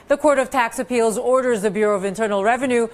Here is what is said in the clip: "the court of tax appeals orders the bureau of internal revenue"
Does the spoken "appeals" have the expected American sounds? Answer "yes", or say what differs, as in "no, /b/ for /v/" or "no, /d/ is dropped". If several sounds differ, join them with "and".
yes